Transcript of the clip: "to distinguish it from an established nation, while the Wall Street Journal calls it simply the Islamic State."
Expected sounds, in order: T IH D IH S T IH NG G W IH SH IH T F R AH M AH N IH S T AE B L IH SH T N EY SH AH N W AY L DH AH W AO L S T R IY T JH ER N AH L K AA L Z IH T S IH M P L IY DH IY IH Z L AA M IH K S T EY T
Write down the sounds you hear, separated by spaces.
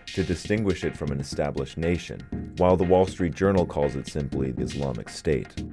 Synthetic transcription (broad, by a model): T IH D IH S T IH NG G W IH SH IH T F R AH M AH N IH S T AE B L IH SH T N EY SH AH N W AY L DH AH W AO L S T R IY T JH ER N L K AA L Z IH T S IH M P L IY DH IY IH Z L AA M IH K S T EY T